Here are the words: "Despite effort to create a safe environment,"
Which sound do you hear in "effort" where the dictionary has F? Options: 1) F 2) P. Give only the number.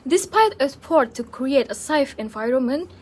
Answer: 2